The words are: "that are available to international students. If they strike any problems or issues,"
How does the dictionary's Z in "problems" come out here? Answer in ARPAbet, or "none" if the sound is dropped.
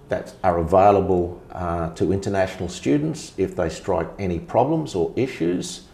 Z